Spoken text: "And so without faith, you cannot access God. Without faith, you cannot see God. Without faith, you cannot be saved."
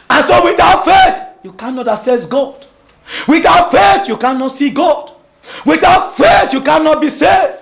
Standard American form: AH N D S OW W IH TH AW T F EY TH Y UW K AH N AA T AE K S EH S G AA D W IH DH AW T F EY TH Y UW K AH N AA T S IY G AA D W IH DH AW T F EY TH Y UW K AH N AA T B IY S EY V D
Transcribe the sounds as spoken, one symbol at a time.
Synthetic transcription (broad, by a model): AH N S OW W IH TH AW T F EY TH Y UW K AH N AA T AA S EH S G AA D W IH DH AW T F EY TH Y UW K AH N AA T S IY G AA D W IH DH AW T F EY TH Y UW K AH N AA T B IY S EY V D